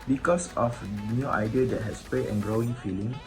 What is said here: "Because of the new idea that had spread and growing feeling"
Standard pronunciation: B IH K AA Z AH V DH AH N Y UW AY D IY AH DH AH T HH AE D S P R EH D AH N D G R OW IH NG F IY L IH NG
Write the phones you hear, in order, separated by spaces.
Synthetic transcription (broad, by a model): B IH K AA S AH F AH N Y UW AY D IY AH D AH T HH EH S P L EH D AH N G R OW IH NG F IY L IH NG